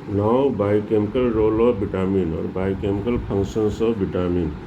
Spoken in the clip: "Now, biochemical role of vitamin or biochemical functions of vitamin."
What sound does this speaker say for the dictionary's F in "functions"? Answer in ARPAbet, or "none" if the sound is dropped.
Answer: P